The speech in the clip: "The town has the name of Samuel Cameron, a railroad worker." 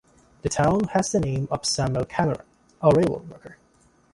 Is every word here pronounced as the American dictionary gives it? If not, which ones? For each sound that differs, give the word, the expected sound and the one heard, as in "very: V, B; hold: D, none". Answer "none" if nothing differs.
cameron: N, none